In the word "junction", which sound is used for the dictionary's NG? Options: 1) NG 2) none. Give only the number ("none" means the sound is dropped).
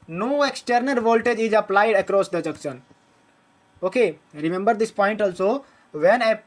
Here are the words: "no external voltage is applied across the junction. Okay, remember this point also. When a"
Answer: 2